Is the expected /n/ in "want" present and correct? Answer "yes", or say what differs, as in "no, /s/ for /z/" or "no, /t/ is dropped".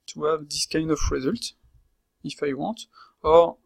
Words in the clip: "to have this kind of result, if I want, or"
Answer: no, /n/ is dropped